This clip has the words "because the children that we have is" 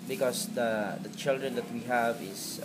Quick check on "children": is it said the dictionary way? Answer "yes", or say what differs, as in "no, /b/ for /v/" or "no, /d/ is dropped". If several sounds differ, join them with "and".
yes